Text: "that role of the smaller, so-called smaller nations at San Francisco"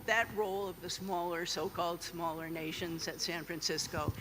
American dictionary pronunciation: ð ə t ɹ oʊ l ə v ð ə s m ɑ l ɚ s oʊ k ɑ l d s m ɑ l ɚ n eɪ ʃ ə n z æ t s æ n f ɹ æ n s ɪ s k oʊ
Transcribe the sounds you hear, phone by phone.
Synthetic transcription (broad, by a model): ð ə t ɹ oʊ l ə v ð ə s m ɑ l ɚ s oʊ k ɑ l d s m ɑ l ɚ n eɪ ʃ ə n z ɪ t s æ n f ɹ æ n s ɪ s k oʊ